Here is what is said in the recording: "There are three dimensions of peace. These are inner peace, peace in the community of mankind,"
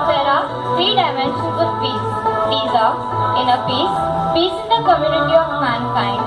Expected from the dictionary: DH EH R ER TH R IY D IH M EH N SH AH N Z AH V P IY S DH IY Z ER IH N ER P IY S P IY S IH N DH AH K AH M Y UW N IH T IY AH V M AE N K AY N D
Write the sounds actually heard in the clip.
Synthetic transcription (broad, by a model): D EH R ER F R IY D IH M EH N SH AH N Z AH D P IY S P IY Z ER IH N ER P IY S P IY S IH N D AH K AH M Y UW N IH T IY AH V M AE N K AY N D